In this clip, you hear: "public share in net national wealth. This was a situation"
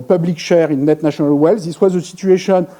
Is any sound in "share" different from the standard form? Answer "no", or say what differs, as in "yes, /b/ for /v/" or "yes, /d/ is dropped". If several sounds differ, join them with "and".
no